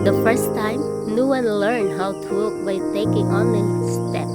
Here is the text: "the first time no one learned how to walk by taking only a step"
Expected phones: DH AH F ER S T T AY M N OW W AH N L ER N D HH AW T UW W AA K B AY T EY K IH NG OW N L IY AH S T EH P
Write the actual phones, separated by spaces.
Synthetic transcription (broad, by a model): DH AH F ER S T T AY M N OW W AH N L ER N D HH AW T UW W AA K B AY T EY K IH NG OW N IY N S T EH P